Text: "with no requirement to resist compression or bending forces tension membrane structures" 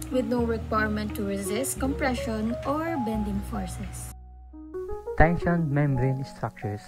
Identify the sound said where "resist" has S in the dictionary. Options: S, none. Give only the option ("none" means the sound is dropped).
S